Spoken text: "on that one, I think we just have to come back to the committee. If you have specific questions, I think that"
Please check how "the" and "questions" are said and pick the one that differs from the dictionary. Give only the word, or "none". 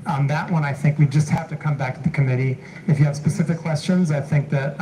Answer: none